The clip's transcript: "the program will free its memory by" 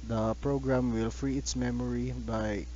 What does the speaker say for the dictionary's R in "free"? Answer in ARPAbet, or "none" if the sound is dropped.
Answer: R